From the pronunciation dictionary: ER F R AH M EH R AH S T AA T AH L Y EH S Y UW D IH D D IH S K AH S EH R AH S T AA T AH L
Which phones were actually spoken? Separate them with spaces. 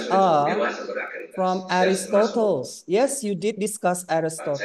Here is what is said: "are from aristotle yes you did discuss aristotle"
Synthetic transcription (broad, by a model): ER F R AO M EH R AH S T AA T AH L Y EH S Y UW D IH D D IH S K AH S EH R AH S T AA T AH